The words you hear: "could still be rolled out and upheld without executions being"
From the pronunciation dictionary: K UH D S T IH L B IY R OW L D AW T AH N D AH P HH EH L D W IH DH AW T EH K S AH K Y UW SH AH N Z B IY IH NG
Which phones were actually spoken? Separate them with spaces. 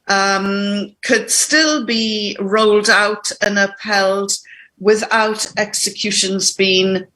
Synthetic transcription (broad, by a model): K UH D S T IH L B IY R OW L D AW T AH N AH P EH L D W IH DH AW T EH K S AH K Y UW SH AH N Z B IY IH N